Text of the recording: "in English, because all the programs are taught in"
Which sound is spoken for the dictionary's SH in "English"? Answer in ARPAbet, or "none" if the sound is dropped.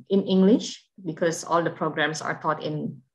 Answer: SH